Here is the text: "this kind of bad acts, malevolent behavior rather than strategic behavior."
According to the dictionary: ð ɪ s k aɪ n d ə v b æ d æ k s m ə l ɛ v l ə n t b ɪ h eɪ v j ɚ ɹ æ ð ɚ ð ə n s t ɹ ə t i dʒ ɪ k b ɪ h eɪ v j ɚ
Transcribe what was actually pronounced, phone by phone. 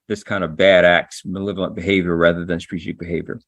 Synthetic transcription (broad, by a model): ð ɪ s k aɪ n d ə v b æ d æ k s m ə l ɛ v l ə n b ɪ h eɪ v j ɚ ɹ æ ð ɚ ð ə n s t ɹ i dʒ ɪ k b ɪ h eɪ v j ɚ